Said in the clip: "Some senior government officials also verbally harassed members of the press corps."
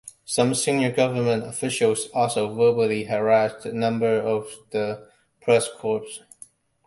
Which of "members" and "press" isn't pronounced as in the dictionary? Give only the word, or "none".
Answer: members